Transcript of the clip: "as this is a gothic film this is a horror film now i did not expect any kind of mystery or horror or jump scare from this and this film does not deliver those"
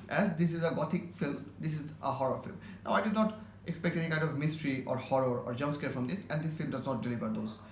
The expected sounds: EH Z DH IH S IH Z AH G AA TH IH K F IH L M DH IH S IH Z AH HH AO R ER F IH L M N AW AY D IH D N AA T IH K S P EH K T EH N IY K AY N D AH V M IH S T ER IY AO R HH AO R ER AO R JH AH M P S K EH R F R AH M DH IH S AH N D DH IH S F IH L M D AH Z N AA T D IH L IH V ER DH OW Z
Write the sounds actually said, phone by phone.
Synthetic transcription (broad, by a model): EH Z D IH S IH Z AH G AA T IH K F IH L M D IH S IH Z AH HH AO R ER F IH L M N AW AY D IH D N AA T IH K S P EH K T EH N IY K AY N D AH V M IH S T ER IY AO R HH AO R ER AO R JH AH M S K EH R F R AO M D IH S AH N D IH S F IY L M D AH Z N AA T D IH L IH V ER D OW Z